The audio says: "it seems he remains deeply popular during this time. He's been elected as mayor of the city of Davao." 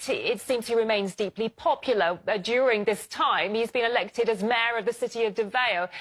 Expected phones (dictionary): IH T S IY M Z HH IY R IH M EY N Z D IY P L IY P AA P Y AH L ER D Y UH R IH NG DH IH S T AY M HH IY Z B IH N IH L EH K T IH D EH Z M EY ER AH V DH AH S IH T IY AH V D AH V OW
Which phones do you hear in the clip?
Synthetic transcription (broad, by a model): IH T S IY M Z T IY R IH M EY N Z D IY P L IY P AA P Y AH L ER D Y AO R IH NG DH IH S T AY M HH IY Z B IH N IH L EH K T IH D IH Z M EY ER AH V DH AH S IH T IY AH V D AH V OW